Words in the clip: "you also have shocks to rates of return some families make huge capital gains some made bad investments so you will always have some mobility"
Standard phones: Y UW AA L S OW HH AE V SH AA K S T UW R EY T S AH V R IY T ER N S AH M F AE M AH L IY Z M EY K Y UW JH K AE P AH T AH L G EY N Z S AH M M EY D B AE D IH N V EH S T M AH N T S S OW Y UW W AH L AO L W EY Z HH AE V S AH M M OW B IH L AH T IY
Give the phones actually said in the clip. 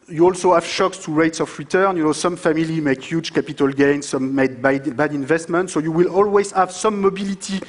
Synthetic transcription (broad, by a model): Y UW AA L S OW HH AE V SH AA K S T UW R EY T S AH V R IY T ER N S AH M F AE M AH L IY M EY K Y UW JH K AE P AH T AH L G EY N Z S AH M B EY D B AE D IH N V EH S T M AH N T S S OW Y UW W AH L AO L W EY Z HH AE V S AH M M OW B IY L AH T IY